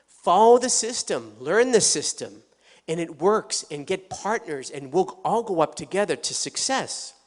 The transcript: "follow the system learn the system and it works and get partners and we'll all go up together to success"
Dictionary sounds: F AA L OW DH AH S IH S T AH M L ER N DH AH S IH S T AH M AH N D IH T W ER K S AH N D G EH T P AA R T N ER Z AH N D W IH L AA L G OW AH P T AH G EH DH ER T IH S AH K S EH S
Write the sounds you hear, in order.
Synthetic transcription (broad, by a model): F AA L OW DH AH S IH S T AH M L ER N DH AH S IH S T AH M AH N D IH T W ER K S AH N G EH T P AA R T N ER Z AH N W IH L AA L G OW AH P T AH G EH DH ER T IH S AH K S EH S